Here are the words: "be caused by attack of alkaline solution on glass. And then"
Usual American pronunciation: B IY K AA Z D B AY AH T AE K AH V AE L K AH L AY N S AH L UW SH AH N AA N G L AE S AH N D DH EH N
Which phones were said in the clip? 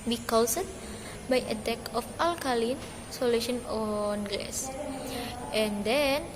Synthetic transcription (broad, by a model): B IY K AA S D B AY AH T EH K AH F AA L K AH L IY N S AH L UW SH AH N AA N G EH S AH N D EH N